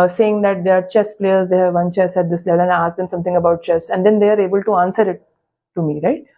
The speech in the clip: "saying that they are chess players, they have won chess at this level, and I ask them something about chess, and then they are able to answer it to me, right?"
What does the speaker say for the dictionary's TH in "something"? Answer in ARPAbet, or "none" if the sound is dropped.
T